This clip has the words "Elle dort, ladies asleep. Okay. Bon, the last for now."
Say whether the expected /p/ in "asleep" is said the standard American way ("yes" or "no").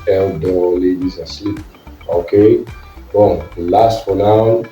no